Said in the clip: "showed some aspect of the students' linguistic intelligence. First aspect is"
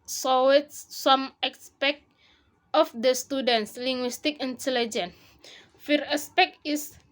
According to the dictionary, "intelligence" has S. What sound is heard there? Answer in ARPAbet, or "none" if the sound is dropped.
none